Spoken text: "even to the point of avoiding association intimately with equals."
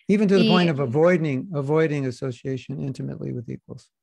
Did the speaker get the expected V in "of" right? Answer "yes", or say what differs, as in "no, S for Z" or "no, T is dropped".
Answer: yes